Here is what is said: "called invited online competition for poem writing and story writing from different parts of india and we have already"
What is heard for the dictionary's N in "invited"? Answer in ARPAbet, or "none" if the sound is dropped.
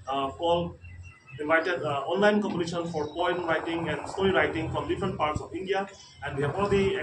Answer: none